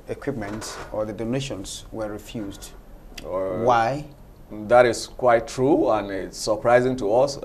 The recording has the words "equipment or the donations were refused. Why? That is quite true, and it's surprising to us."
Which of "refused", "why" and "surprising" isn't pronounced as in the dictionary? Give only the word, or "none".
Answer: none